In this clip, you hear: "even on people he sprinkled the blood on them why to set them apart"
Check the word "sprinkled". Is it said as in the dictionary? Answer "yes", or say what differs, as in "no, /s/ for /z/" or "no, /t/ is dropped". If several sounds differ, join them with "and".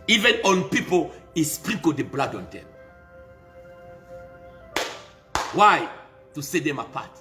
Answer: no, /ŋ/ is dropped